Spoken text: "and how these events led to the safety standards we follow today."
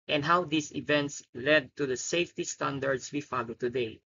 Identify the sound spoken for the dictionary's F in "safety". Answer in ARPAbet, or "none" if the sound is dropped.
F